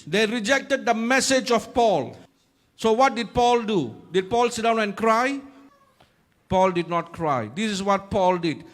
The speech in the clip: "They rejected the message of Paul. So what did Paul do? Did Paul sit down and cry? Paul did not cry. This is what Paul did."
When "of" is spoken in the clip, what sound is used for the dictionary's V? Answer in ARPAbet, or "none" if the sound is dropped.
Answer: F